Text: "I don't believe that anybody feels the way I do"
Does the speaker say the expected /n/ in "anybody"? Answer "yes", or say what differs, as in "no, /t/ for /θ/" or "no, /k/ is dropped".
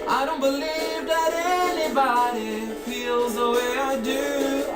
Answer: yes